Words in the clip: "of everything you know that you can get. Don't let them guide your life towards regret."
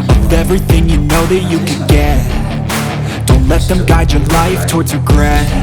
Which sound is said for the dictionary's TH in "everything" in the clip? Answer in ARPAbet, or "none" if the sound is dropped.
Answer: TH